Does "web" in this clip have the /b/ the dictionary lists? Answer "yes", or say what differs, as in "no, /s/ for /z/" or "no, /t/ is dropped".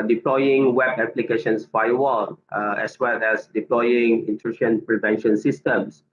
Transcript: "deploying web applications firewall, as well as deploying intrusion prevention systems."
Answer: yes